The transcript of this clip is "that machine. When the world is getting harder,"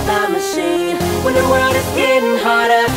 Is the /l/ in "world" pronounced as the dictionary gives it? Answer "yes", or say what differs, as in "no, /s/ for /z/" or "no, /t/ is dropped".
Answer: no, /l/ is dropped